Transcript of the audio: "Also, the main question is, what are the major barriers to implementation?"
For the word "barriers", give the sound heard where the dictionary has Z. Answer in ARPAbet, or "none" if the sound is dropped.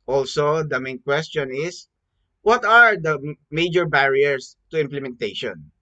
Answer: S